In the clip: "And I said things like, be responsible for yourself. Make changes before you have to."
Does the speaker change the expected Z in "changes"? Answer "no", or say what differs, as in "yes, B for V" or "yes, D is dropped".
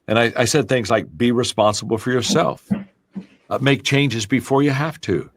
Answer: no